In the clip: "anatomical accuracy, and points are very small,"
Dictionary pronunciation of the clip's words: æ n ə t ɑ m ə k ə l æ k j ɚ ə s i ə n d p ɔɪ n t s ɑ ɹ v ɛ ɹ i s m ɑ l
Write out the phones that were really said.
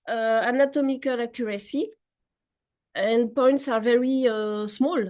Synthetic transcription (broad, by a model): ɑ n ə t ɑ m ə k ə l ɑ k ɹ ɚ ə s i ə n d p ɔɪ n t s ɑ ɹ v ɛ ɹ i s m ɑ l